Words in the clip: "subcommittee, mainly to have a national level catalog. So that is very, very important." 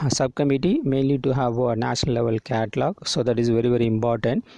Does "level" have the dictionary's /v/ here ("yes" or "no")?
yes